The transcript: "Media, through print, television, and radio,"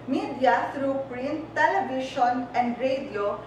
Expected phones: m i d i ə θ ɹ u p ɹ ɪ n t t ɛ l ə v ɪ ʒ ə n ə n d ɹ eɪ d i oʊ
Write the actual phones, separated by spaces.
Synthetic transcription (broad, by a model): m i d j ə t ɹ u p ɹ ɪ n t t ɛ l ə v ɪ ʃ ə n ə n d ɹ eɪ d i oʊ